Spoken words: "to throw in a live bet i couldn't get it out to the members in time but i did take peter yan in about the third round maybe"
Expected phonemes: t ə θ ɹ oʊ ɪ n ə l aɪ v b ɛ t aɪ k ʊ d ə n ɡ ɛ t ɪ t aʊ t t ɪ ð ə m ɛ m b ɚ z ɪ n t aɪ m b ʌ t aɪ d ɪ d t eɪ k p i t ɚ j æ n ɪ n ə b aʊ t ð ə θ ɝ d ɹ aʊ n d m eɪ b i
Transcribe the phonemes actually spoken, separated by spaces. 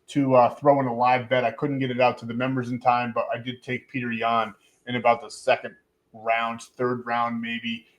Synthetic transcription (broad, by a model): t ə θ ɹ oʊ ɪ n ə l aɪ v b ɛ t aɪ k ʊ d n ɡ ɛ t ɪ t aʊ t t ɪ ð ə m ɛ m b ɚ z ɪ n t aɪ m b ʌ t aɪ d ɪ d t eɪ k p i t ɚ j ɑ n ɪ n ə b aʊ t ð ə θ ɝ d ɹ aʊ n d m eɪ b i